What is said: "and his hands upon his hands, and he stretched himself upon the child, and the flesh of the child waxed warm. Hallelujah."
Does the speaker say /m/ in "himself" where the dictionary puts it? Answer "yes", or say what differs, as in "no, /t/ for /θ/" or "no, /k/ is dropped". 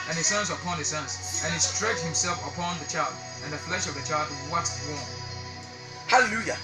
yes